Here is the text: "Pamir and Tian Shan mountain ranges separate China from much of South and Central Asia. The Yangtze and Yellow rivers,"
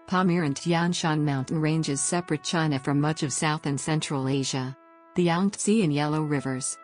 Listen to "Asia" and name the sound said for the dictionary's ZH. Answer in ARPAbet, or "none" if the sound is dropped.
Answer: ZH